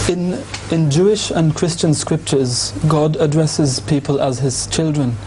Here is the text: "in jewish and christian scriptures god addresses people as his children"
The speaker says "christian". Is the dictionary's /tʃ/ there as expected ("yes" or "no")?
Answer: yes